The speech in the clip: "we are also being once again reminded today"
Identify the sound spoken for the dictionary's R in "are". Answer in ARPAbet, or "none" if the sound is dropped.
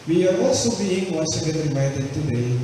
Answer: W